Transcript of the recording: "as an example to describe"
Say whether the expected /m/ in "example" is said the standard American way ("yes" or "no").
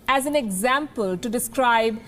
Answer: yes